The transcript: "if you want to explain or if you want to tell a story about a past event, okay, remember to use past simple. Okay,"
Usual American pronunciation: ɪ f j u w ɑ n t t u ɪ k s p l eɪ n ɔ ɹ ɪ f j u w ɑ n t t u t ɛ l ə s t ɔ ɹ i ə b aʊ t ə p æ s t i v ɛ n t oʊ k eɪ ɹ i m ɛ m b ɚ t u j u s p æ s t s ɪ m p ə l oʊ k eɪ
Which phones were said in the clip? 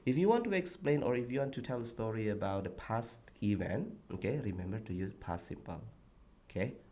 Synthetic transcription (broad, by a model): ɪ f j u w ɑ n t t u ɪ k s p l eɪ n ɔ ɹ ɪ f j u w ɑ n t t u t ɛ l ə s t ɔ ɹ i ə b aʊ t ə p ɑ s t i v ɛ n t oʊ k eɪ ɹ i m ɛ m b ɚ t u j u p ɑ s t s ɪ m p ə l oʊ k eɪ